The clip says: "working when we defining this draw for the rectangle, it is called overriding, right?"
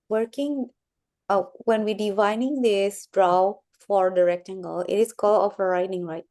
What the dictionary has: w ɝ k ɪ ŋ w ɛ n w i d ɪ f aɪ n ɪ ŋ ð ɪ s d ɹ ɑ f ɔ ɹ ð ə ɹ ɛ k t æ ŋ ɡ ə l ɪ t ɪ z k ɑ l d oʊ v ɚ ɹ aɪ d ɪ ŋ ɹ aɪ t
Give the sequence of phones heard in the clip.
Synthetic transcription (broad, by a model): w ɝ k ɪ ŋ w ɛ n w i d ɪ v aɪ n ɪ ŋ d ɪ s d ɹ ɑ f ɔ ɹ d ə ɹ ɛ k t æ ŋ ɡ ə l ɪ t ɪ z k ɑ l oʊ f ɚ ɹ aɪ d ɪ ŋ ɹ aɪ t